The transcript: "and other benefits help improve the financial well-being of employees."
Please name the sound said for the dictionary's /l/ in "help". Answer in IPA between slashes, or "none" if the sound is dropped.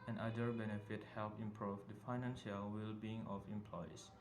/l/